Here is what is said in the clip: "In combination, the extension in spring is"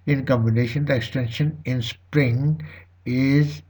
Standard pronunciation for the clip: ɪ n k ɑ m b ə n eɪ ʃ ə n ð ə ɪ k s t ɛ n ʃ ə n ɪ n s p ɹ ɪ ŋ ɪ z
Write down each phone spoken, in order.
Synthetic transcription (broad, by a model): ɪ n k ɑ m b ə n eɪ ʃ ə n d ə ɪ k s t ɛ n ʃ ə n ɪ n s p ɹ ɪ ŋ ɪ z